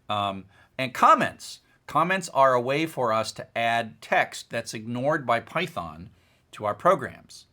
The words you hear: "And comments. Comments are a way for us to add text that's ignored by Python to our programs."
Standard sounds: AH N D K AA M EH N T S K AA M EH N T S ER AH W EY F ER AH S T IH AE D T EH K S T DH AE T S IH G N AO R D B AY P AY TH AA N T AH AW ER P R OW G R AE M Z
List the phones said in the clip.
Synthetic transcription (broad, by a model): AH N K AA M EH N T S K AA M EH N T S ER AH W EY F ER AH S T IH AE D T EH K S T DH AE T S IH G N AO R D B AY P AY TH AA N T AH AW ER P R OW G R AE M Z